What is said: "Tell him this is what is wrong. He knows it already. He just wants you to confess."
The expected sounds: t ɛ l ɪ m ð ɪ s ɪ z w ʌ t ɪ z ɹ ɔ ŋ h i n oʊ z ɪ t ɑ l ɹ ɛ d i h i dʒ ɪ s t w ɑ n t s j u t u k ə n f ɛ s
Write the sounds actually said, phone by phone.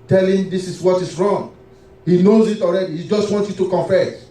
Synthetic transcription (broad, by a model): t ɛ l ɪ m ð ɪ s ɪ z w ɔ t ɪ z ɹ ɔ ŋ h i n oʊ z ɪ t ɑ l ɹ ɛ d i h i dʒ ɪ s t w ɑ n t j u t u k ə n f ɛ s